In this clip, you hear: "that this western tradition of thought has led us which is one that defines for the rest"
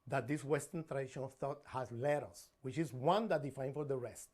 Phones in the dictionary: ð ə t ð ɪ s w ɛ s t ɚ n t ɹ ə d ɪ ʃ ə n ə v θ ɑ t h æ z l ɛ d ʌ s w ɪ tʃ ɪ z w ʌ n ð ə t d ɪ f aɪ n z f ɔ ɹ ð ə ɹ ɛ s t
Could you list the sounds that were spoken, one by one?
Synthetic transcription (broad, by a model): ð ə t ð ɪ s w ɛ s t ɚ n t ɹ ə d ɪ ʃ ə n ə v θ ɑ t h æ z l ɛ d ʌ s w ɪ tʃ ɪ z w ʌ n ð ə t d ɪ f aɪ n f ɔ ɹ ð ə ɹ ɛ s t